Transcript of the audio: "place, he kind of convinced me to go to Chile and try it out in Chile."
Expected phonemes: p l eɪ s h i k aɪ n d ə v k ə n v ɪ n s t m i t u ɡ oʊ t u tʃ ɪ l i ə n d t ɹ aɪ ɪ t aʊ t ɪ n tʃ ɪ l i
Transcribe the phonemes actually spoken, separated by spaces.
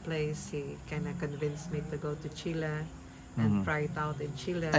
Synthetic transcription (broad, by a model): p l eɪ s h i k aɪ n ə k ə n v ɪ n s m i t u ɡ oʊ t u tʃ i l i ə n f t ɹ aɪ ɪ t aʊ t ɪ n tʃ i l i